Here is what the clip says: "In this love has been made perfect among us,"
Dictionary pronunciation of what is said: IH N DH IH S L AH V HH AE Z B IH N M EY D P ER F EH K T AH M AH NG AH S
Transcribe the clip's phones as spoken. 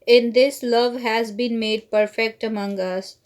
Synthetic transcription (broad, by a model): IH N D IH S L AH V HH AE Z B IH N M EY D P ER F EH K T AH M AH NG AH S